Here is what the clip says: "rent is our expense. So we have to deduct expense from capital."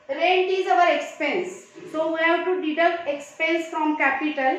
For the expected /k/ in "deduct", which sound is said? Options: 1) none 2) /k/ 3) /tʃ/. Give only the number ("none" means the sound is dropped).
1